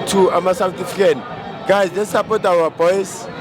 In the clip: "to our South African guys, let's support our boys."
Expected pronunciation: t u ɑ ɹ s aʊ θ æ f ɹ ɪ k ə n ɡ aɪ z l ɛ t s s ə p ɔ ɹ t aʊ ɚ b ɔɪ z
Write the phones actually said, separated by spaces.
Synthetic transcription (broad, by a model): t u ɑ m s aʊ t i f ɪ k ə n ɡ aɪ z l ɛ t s s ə p ɔ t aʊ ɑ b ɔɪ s